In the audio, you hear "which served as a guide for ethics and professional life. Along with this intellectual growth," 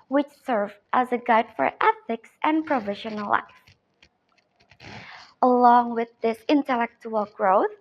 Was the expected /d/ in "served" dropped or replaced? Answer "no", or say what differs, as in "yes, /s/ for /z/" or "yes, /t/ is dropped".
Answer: yes, /d/ is dropped